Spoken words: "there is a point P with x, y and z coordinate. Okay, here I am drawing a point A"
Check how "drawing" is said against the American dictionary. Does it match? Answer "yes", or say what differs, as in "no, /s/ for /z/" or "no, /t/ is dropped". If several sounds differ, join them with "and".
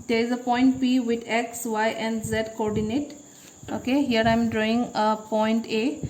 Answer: yes